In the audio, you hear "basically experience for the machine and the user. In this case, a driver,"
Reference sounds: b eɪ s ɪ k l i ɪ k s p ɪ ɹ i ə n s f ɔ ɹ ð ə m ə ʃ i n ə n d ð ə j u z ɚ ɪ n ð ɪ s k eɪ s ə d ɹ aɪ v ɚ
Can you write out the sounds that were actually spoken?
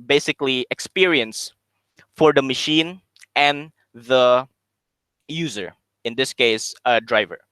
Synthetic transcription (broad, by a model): b eɪ s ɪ k l i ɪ k s p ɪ ɹ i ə n s f ɔ ɹ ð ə m ə ʃ i n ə n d ð ə j u z ɚ ɪ n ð ɪ s k eɪ s ə d ɹ aɪ v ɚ